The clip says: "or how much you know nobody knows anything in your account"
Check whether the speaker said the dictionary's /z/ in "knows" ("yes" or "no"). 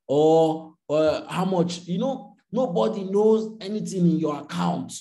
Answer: yes